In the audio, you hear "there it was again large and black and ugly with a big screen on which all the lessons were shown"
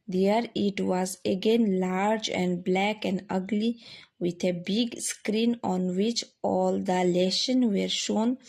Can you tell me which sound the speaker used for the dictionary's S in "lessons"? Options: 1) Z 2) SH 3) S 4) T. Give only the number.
2